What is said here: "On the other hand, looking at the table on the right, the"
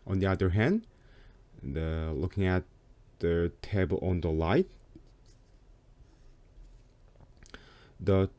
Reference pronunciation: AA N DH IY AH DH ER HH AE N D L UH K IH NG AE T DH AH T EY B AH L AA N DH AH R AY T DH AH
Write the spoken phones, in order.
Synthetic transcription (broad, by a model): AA N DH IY AH DH ER HH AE N D L UH K IH NG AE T DH AH T EY B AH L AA N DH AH L AY T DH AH